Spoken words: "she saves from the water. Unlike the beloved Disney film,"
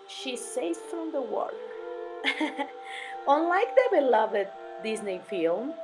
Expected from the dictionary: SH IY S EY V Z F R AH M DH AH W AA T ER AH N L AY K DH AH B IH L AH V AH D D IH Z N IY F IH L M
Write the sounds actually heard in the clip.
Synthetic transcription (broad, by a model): SH IY S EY Z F R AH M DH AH W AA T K AH N L AY K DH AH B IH L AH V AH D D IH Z N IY F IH L M